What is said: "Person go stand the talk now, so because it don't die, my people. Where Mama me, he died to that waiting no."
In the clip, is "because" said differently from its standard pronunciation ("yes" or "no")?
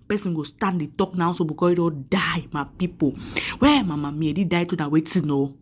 yes